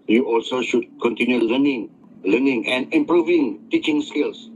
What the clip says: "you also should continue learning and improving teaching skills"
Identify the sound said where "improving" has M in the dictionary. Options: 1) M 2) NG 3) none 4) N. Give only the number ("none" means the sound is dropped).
1